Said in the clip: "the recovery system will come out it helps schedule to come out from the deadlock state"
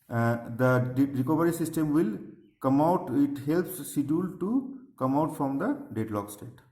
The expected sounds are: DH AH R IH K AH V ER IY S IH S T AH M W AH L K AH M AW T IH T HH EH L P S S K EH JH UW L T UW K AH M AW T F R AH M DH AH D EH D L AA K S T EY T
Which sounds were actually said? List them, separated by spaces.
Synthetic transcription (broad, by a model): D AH R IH K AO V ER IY S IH S T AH M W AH L K AH M AW T IH T HH EH L P S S IY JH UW L T UW K AH M AW T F R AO M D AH D EH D L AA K S T EY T